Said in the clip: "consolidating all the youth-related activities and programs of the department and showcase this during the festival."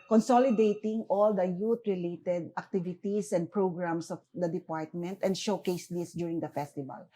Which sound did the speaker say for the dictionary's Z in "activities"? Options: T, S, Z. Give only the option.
S